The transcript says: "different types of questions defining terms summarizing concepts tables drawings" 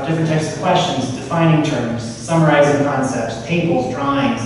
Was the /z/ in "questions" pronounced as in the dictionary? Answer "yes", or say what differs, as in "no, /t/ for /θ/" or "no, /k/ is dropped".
yes